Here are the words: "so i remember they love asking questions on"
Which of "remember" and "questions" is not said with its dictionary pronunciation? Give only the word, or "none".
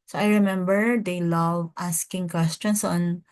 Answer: questions